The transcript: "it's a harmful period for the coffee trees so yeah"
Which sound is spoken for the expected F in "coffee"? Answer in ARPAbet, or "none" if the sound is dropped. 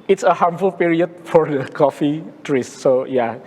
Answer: F